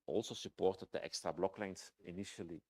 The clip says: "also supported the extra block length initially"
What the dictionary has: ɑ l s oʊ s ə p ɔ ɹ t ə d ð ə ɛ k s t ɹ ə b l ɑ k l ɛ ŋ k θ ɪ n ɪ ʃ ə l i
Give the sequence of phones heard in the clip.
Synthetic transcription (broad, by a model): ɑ l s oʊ s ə p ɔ ɹ t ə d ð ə ɛ k s t ɹ ə b l ɑ k l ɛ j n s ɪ n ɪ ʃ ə l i